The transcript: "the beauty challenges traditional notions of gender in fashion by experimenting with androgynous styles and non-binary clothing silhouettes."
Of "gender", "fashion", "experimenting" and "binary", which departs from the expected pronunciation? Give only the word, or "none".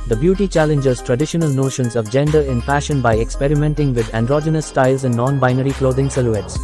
fashion